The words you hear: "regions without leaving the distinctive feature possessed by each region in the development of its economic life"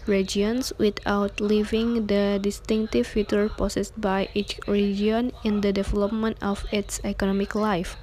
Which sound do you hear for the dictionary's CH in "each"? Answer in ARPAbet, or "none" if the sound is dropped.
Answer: CH